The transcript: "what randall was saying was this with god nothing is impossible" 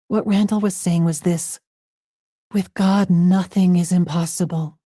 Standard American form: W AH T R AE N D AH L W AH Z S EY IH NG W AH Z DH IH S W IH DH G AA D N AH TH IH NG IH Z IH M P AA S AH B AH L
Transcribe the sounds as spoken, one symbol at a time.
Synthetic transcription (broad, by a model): W AH T R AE N D L W AH Z S EY IH NG W AH Z DH IH S W IH DH G AA D N AH TH IH NG IH Z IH M P AA S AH B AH L